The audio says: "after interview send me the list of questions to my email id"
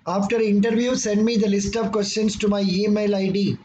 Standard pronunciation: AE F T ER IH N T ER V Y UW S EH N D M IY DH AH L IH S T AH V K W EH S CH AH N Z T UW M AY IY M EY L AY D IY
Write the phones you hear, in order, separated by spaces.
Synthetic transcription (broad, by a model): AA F T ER IH N T ER V Y UW S EH N D M IY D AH L IH S T AH V K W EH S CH AH N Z T UW M AY IY M EY L AY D IY